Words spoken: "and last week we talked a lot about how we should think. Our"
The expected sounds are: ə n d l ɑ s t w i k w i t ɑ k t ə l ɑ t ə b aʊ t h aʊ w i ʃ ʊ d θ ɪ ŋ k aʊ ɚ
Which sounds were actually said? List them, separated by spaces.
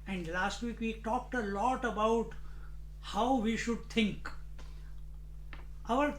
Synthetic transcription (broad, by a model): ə n d l ɑ s t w i k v i t ɑ k t ə l ɑ t ə b aʊ t h aʊ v i ʃ ʊ d t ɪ ŋ k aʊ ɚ